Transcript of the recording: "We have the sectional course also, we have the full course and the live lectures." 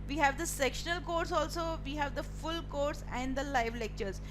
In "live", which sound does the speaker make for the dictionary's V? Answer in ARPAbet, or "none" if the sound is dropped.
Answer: V